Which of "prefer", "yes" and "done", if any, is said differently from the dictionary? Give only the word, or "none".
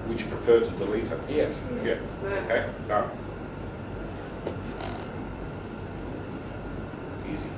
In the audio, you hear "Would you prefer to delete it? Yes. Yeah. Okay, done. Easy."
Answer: done